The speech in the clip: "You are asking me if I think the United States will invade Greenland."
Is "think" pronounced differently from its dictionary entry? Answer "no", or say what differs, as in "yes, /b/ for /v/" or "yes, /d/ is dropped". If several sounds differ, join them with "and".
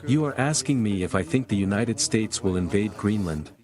no